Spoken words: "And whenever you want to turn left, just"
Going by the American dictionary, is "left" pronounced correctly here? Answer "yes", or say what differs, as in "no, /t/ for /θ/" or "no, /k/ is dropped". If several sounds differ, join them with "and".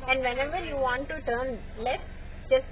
no, /f/ is dropped